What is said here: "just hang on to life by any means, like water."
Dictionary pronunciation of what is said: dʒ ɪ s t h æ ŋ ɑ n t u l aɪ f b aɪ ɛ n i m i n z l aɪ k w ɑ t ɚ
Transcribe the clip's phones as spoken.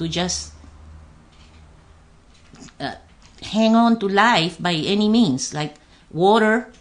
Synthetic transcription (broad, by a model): dʒ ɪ s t h æ ŋ ɑ n t u l aɪ f b aɪ ɛ n i m i n s l aɪ k w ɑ t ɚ